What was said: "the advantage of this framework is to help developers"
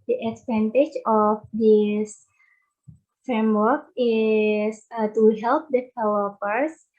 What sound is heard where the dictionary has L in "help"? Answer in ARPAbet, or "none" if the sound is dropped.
L